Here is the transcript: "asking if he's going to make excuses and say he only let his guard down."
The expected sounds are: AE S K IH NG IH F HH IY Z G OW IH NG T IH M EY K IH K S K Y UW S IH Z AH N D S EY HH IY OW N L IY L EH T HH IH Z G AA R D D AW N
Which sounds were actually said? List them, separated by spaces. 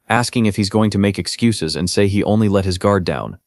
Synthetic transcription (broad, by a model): AE S K IH NG IH F HH IY Z G OW IH NG T IH M EY K IH K S K Y UW S IH Z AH N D S EY IY OW N L IY L EH T HH IH Z G AA R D D AW N